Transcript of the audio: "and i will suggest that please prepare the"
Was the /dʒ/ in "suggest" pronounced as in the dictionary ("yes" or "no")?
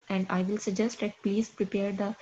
yes